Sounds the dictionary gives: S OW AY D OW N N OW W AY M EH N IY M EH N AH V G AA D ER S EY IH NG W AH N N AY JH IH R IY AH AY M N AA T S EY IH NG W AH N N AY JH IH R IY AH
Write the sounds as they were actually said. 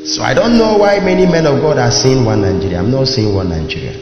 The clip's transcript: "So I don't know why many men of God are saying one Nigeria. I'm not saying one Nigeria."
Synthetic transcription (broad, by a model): S OW AY D OW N N OW W AY M EH N IY M EH N AH V G AA D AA S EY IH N W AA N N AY JH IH R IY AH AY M N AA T S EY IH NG W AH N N AY JH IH R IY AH